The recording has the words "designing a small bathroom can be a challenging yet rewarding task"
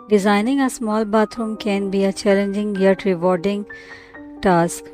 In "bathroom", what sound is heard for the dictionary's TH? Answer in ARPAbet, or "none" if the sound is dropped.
T